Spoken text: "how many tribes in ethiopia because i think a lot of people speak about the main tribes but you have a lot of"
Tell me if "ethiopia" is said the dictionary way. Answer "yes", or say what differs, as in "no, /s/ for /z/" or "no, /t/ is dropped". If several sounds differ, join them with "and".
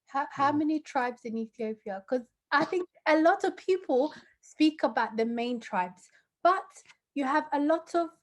yes